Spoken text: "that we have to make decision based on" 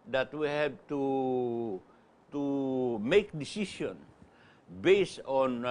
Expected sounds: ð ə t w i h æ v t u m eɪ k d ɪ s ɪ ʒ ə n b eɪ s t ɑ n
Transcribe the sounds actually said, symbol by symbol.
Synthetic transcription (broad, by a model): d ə t w i h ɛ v t u m eɪ k d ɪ s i ʃ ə n b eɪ s ɑ n